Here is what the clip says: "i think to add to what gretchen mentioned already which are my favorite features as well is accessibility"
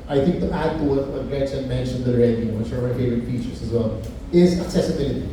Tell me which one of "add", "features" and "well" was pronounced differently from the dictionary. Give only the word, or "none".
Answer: features